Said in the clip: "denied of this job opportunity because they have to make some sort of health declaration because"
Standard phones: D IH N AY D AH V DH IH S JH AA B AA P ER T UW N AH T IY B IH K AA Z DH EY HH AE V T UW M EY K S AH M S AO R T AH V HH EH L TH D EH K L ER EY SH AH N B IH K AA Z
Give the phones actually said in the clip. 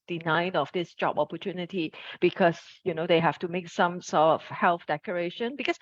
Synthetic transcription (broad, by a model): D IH N AY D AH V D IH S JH AA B AA P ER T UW N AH T IY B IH K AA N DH EY HH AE F T UW M EY K S AH M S AO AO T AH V HH EH L TH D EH K ER EY SH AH N B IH K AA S